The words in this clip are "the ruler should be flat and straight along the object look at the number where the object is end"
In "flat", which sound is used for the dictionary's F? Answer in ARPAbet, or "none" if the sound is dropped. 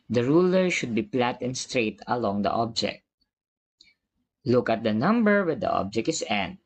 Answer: P